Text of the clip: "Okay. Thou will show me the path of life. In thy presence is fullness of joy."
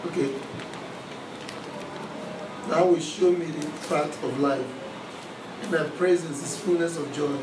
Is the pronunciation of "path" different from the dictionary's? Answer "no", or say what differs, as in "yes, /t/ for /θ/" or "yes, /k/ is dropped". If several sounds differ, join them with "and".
yes, /t/ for /θ/